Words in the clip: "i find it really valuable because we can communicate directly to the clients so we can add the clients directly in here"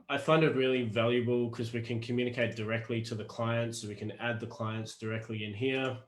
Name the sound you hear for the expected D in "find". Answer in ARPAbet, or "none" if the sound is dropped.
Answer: D